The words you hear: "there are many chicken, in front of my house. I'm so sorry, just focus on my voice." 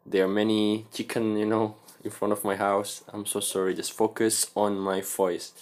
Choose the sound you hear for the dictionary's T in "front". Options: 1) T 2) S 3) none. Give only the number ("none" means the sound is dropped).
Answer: 1